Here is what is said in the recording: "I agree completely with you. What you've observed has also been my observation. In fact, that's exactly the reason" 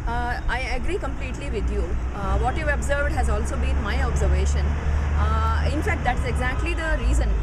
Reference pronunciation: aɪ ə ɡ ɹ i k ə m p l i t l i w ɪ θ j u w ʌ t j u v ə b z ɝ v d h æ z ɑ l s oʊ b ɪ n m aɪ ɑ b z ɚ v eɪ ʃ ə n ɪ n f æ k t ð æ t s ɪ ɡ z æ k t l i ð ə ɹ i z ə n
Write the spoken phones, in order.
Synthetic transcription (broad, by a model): aɪ ə ɡ ɹ i k ə m p l i t l i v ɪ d j u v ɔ t j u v ə b z ɝ v d h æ z ɑ l s oʊ b ɪ n m aɪ ɑ b z ɚ v eɪ ʃ ə n ɪ n f æ k t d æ t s ɪ ɡ z æ k t l i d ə ɹ i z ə n